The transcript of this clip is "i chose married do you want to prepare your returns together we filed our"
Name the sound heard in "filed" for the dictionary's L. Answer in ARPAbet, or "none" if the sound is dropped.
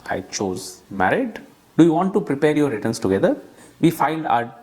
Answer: N